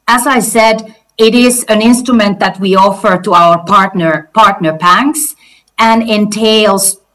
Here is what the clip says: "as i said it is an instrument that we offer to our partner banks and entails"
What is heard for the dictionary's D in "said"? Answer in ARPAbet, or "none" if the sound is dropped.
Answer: D